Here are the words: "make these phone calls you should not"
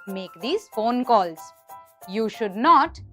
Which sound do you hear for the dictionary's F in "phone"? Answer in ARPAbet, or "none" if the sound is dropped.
F